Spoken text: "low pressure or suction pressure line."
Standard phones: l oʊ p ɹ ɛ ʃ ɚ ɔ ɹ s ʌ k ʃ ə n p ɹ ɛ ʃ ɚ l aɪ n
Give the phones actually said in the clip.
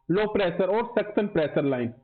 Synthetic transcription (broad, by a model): l oʊ p ɹ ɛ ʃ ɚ ɔ ɹ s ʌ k s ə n p ɹ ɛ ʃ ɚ l aɪ n